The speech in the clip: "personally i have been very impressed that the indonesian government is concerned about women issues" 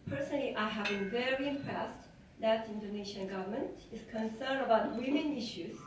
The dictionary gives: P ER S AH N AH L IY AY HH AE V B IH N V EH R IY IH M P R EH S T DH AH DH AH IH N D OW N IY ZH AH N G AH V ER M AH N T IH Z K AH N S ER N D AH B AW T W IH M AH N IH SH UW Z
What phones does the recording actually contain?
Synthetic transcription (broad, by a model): P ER S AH N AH L IY AY HH AE V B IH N V EH R IY IH M P R EH S T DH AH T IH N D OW N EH SH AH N G AH V ER M AH N T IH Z K AH N S ER N D AH B AW T W IH M AH N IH SH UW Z